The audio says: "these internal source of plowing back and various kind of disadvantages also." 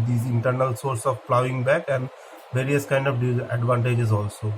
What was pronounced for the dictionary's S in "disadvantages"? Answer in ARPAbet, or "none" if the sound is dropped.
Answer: none